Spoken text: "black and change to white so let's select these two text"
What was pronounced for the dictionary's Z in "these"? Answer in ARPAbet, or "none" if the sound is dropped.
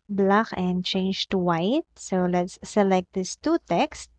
S